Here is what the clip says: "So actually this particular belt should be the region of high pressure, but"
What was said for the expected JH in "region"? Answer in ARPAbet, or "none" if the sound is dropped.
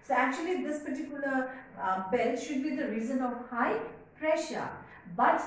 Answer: Z